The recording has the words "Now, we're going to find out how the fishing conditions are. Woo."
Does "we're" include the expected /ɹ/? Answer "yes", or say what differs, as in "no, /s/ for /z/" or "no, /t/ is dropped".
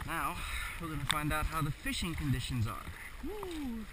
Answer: no, /l/ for /ɹ/